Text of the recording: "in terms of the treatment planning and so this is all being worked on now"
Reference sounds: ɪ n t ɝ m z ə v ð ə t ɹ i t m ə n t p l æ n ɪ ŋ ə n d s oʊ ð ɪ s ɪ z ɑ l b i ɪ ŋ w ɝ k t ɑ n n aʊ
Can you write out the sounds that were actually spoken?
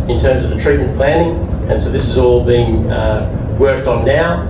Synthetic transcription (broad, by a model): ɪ n t ɝ m z ə v ð ə t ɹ i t m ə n p l æ n ɪ ŋ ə n s oʊ ð ɪ s ɪ z ɑ l b i ɪ ŋ w ɝ k t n n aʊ